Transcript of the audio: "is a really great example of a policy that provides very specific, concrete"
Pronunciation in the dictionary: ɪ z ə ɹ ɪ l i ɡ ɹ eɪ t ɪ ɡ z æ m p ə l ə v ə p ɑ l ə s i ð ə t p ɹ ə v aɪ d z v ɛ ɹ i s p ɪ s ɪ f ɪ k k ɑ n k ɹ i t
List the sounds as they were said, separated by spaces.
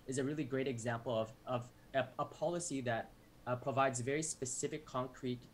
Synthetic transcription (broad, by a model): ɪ z ə ɹ ɪ l i ɡ ɹ eɪ t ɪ ɡ z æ m p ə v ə v ə p ɑ l ə s i ð ə t p ɹ ə v aɪ d z v ɛ ɹ i s p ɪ s ɪ f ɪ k k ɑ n k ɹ i t